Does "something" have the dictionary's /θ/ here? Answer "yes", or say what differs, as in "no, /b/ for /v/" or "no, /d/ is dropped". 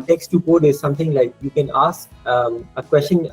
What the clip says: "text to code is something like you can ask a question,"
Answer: no, /t/ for /θ/